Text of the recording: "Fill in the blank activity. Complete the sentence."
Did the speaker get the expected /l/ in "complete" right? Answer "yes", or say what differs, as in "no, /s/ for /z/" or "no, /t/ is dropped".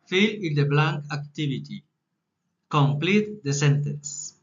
yes